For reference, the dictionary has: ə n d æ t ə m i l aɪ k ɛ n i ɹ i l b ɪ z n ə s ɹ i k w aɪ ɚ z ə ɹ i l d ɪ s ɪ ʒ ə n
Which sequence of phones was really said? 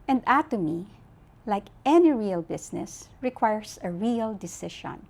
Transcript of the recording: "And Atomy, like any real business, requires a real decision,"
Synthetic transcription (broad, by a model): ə n d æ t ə m i l aɪ k ɛ n i ɹ i l b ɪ s n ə s ɹ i k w aɪ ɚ s ə ɹ i l d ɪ s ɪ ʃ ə n